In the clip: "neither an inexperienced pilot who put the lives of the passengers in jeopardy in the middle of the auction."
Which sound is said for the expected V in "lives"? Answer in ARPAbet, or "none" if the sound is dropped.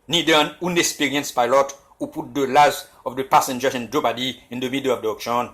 none